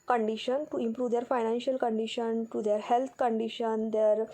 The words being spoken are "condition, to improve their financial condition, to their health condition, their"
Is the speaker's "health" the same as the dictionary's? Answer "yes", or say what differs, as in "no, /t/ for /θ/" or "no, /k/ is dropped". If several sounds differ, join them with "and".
no, /t/ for /θ/